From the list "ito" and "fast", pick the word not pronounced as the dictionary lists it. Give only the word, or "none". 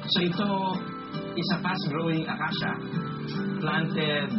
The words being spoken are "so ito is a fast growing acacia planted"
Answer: fast